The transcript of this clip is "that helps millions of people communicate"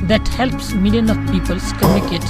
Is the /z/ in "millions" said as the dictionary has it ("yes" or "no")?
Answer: no